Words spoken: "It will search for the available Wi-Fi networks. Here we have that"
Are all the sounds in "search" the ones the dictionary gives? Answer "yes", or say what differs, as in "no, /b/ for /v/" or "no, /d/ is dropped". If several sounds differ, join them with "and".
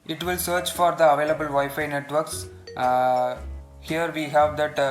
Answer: yes